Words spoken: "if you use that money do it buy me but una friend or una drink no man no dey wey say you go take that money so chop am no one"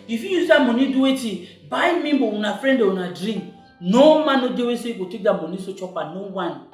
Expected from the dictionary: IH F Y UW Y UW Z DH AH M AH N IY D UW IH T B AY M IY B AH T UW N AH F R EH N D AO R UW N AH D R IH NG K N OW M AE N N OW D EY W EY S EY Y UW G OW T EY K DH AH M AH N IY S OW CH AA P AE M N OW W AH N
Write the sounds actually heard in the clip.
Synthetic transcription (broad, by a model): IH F Y UW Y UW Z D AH M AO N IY D UW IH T B AY M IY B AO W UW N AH F R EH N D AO W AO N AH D R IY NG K N OW M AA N N OW D EY W EY S EY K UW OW T EY K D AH M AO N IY S OW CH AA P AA N OW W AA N